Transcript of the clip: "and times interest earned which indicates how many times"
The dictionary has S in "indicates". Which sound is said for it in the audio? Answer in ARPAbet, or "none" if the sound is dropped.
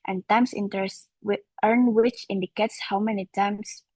S